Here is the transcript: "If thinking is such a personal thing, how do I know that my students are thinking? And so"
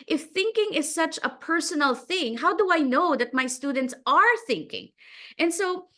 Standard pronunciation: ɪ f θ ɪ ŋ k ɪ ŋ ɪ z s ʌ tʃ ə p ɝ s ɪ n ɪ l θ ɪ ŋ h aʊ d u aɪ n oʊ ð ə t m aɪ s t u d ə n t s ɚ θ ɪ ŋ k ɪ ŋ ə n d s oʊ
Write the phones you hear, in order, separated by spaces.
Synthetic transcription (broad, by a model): ɪ f θ ɪ ŋ k ɪ ŋ ɪ z s ʌ tʃ ə p ɝ s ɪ n l θ ɪ ŋ h aʊ d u aɪ n oʊ ð ə t m aɪ s t u d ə n t s ɚ θ ɪ ŋ k ɪ ŋ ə n s oʊ